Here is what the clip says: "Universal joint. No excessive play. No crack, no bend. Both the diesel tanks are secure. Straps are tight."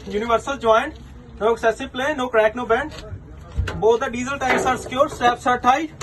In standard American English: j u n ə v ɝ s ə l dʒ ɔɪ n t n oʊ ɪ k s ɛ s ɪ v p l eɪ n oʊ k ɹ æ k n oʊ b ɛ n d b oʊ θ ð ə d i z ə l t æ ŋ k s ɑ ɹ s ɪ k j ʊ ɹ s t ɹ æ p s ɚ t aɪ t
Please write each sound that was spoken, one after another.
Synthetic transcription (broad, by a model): j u n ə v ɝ s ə l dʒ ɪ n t n oʊ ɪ k s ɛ s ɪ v p l eɪ n oʊ k ɹ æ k n oʊ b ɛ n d b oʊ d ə d i z ə l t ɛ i s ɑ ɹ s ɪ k j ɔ ɹ s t æ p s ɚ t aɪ